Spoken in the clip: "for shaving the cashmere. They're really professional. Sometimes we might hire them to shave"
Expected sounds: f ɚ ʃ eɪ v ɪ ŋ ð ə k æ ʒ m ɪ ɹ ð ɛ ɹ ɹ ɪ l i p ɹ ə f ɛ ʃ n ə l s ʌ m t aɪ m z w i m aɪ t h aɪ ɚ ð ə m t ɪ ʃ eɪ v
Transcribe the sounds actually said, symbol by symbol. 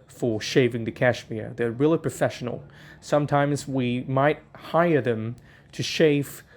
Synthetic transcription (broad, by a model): f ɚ ʃ eɪ v ɪ ŋ ð ə k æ ʃ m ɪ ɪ ð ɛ ɹ ɹ ɪ l i p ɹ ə f ɛ ʃ n l s ʌ m t aɪ m z w i m aɪ t h aɪ ɚ ð ə m t ɪ ʃ eɪ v